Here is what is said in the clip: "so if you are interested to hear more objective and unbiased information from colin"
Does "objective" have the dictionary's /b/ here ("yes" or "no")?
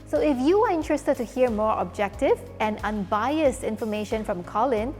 yes